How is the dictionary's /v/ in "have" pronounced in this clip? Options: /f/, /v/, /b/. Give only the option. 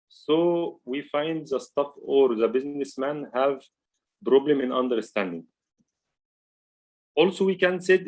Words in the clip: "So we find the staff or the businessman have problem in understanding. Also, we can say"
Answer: /v/